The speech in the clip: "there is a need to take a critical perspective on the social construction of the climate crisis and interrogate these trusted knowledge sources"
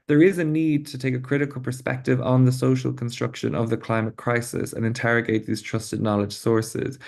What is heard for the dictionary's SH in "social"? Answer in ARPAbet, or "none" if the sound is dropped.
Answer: SH